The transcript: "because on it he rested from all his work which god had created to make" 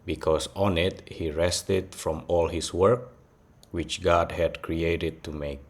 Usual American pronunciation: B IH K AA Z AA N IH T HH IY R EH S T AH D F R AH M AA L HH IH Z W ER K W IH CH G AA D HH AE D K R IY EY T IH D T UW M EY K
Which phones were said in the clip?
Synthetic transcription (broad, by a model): B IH K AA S AA N IH T HH IY R EH S T AH D F R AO M AA L HH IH S W ER K W IH CH G AA D HH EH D K R IY EY T IH D T UW M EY K